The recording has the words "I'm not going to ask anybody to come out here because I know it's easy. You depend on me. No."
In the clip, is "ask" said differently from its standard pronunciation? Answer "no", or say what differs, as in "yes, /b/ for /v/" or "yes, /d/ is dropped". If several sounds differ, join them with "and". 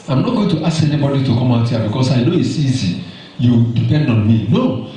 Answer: yes, /k/ is dropped